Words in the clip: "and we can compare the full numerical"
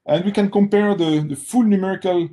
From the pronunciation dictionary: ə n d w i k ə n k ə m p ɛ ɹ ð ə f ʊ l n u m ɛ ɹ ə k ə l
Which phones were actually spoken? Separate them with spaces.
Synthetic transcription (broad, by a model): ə n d w i k ə n k ə m p ɛ ɹ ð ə f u l n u m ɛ ɹ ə k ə l